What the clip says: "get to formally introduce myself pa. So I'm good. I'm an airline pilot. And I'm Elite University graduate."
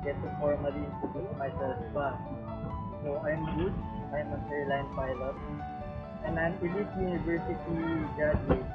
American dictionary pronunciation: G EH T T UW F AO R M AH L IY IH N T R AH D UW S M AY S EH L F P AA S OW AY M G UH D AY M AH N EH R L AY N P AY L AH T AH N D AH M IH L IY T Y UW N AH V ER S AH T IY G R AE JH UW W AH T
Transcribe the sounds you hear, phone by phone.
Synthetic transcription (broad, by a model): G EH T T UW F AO R M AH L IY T AH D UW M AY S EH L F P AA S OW AY M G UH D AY M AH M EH R L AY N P AY L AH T AH N D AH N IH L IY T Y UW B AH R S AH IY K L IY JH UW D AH